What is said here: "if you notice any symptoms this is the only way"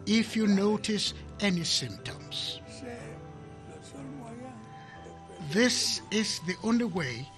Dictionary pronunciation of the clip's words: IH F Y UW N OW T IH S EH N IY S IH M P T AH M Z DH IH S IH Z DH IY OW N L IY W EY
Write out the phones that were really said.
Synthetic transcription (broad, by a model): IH F Y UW N OW T IH S EH N IY S IH M P T AH M Z DH IH S IH Z DH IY OW N L IY W EY